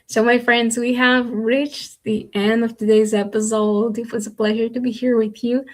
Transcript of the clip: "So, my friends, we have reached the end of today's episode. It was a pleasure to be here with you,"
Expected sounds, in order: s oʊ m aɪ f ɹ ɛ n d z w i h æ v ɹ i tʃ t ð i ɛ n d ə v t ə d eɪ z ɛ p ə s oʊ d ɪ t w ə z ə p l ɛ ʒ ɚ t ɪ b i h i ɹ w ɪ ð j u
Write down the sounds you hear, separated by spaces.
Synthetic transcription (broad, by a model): s oʊ m aɪ f ɹ ɛ n d z w i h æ v ɹ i tʃ ð i ɛ n d ə v t ə d eɪ z ɛ p ə s oʊ d ɪ t w ə z ə p l ɛ ʒ ɚ t ɪ b i h i ɹ w ɪ ð j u